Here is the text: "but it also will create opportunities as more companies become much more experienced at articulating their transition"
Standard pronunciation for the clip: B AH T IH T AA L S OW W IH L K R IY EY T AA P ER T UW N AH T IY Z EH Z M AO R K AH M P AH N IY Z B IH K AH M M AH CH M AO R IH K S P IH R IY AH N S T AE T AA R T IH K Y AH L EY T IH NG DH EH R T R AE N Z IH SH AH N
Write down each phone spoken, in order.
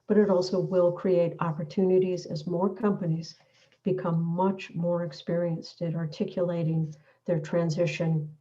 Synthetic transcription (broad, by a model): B AH T IH T AA L S OW W IH L K R IY EY T AA P ER T UW N AH T IY Z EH Z M AO R K AH M P AH N IY Z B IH K AH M M AH CH M AO R IH K S P IH R IY AH N S T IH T AA R T IH K Y AH L EY T IH NG DH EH R T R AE N Z IH SH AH N